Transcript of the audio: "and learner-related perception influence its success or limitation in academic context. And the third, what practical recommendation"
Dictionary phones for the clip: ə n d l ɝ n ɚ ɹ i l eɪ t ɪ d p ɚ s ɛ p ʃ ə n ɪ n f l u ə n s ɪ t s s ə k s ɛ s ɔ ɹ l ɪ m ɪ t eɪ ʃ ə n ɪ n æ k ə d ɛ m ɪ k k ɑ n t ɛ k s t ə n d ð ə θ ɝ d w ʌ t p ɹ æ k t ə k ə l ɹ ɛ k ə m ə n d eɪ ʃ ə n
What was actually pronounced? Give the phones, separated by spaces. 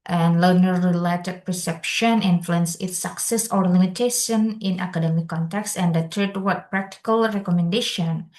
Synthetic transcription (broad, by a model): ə n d l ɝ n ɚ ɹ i l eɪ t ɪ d p ɚ s ɛ p ʃ ə n ɪ n f l u ə n s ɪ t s s ə k s ɛ s ɔ ɹ l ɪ m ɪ t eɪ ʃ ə n ɪ n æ k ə d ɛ m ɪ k k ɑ n t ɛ k s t ə n d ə t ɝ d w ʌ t p ɹ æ k t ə k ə l ɹ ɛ k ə m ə n d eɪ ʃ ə n